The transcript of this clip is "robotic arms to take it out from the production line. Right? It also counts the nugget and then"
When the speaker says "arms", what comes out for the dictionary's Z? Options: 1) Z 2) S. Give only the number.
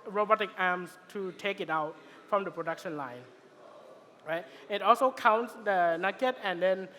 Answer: 2